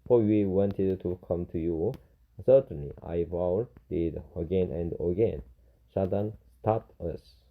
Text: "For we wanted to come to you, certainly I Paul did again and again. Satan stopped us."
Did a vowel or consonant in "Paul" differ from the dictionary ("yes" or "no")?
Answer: yes